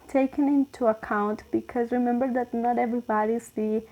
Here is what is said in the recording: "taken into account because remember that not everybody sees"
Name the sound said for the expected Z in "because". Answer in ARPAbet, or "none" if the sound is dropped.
Z